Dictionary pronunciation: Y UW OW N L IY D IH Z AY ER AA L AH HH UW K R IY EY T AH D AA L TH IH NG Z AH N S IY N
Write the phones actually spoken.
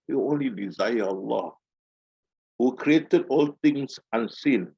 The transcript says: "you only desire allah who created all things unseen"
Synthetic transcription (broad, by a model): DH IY OW N L IY D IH Z AY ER AA L AH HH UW K R IY EY T AH D AA L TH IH NG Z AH N S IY N